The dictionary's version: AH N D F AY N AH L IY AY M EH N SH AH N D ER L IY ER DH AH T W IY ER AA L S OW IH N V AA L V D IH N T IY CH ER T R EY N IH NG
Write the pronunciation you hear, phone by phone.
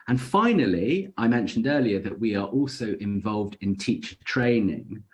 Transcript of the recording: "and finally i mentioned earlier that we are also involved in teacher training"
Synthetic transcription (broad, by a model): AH N F AY N AH L IY AY M EH N SH AH N D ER L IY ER DH AH T W IY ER AA L S OW IH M V AA L V D IH N T IY CH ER T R EY N IH NG